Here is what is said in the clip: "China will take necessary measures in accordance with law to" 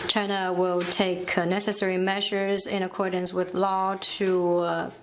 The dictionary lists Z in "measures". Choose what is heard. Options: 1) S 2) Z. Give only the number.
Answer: 2